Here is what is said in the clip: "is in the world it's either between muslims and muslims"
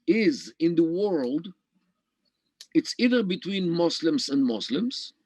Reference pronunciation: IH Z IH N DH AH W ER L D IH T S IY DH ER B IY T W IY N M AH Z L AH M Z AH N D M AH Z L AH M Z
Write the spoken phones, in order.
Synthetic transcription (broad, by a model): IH Z IH N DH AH W ER L D IH T S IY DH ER B IY T W IY N M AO S L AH M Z AH N D M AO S L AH M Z